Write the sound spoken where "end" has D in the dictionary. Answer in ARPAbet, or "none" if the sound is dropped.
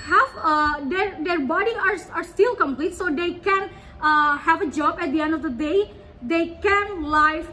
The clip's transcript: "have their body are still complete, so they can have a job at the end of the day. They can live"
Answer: D